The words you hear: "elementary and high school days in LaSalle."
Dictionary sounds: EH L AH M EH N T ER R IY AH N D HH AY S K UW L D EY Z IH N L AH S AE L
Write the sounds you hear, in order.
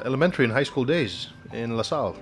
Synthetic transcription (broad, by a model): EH L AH M EH N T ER R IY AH N HH AY S K UW L D EY Z IH N L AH S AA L